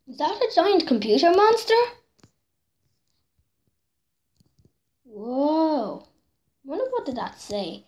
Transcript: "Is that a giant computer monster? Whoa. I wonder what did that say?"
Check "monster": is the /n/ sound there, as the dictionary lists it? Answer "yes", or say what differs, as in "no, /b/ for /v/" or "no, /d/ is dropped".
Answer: yes